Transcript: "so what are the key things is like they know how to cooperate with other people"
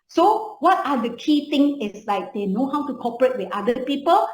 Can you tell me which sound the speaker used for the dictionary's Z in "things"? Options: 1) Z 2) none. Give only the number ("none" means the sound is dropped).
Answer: 2